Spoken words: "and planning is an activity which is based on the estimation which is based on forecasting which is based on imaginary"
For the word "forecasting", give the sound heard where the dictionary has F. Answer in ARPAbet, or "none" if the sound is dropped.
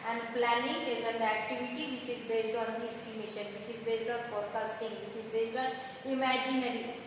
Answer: P